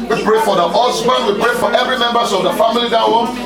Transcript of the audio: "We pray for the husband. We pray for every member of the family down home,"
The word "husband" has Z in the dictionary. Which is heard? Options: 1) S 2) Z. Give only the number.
1